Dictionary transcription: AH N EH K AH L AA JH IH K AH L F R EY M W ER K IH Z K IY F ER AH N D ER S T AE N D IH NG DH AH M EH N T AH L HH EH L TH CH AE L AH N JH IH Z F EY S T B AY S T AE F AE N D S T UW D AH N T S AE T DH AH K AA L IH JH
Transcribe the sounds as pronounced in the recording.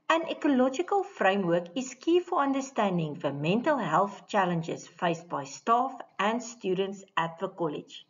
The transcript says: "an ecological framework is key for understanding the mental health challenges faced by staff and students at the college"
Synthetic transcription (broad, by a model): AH N EH K AH L AA JH IH K AH L F R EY M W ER K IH S K IY F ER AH N D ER S T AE N D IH NG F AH M EH N T AH L HH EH L TH CH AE L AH N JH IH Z F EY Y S B AY S T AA F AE N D S T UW D AH N T S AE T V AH K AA L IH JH